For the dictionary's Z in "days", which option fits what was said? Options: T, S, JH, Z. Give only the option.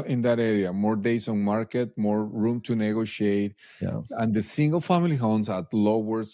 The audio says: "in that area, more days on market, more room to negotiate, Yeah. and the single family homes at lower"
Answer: S